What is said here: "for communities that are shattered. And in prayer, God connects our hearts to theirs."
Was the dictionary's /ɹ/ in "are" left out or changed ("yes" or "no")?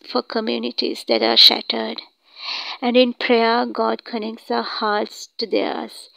no